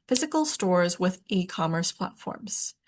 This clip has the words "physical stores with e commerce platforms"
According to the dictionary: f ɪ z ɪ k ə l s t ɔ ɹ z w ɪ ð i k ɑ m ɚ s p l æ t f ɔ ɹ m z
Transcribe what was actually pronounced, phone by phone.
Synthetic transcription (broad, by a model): f ɪ z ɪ k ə l s t ɔ ɹ z w ɪ ð i k ɑ m ɚ s p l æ t f ɔ ɹ m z